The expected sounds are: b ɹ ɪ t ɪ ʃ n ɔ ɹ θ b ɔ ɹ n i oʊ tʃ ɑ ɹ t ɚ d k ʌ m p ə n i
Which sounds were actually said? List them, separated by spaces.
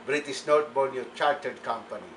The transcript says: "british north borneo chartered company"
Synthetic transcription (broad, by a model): b ɹ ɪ t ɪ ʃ n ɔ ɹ t b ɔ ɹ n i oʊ tʃ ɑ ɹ t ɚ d k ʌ m p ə n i